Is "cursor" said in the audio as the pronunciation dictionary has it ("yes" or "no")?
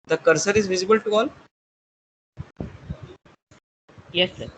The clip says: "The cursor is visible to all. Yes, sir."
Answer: yes